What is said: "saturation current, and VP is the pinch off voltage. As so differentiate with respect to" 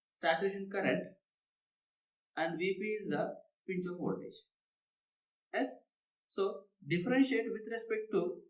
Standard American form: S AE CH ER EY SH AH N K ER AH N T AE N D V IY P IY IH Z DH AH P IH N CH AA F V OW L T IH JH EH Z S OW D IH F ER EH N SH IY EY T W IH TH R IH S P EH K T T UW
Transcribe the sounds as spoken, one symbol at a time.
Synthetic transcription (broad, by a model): S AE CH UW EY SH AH N K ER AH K T AE N D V IY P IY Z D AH P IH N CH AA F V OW T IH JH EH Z S OW D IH F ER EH N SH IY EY T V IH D R IH S P EH K T T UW